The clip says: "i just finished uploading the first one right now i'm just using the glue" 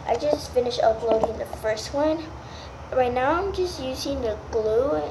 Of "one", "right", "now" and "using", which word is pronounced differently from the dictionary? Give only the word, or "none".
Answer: none